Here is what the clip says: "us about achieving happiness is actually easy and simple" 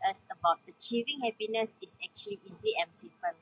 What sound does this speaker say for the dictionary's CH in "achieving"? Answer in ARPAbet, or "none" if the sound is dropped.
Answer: CH